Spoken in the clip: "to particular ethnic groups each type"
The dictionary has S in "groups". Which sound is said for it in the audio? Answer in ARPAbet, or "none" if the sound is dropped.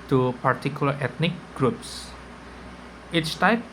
S